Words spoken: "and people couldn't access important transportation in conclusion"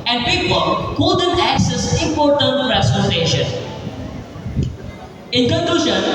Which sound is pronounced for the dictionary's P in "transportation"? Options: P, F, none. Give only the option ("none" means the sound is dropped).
none